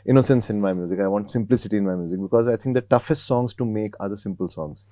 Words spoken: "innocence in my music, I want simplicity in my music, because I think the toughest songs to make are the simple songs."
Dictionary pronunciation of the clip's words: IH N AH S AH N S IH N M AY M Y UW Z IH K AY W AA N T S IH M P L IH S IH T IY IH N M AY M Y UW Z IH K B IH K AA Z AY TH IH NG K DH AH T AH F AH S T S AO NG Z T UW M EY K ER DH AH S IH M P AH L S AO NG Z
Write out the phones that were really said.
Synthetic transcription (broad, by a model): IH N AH S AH N S IH N M AY M Y UW Z IH K AY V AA N T S IH M P L IH S IH T IY IH N M AY M Y UW Z IH K B IH K AA Z AY T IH NG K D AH T AH F AH S T S AO NG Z T UW M EY K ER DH AH S IH M P AH L S AO NG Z